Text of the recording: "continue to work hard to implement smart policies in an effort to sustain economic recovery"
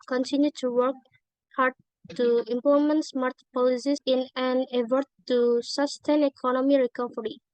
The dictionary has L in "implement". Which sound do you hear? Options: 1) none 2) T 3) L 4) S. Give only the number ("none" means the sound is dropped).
1